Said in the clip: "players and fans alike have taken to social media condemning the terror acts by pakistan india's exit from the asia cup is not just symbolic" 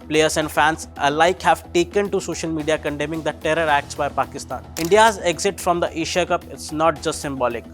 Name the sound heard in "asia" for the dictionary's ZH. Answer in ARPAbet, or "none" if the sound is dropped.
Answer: SH